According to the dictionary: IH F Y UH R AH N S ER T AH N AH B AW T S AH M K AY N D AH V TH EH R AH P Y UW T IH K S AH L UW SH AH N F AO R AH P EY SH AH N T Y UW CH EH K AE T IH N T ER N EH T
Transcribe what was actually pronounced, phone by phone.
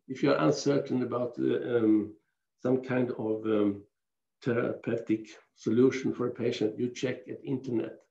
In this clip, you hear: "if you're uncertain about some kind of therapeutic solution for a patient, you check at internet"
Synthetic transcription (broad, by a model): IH F Y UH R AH N S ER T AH N AH B AW T S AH M K AY N D AH V T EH R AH P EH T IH K S AH L UW SH AH N F AO R AH P EY SH AH N T Y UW CH EH K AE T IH N T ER N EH T